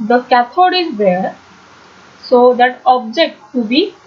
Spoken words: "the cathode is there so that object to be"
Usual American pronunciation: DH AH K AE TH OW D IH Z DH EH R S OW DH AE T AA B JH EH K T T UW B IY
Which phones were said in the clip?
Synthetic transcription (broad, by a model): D AH K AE T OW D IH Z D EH R S OW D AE T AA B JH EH K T T UW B IY